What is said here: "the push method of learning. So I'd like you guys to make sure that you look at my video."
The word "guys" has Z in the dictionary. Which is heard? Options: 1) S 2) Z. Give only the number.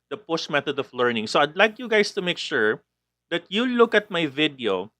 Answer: 1